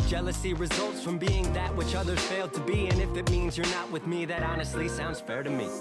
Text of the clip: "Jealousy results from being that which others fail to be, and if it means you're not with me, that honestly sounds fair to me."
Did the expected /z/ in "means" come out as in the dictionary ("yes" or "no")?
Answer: yes